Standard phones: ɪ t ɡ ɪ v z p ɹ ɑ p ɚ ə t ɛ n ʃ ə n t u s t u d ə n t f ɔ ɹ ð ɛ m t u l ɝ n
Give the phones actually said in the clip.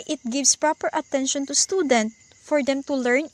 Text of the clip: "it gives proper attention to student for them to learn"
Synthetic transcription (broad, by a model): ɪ t ɡ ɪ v s p ɹ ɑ p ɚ ə t ɛ n ʃ ə n t u s t u d ə n t f ɔ ɹ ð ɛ m t u l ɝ n